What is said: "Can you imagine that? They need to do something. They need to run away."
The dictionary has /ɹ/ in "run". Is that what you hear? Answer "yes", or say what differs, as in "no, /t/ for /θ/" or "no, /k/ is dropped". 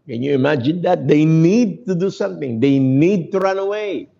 yes